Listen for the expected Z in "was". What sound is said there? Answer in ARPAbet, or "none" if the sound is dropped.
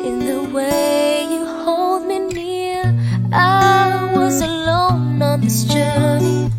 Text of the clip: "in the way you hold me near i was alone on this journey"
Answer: Z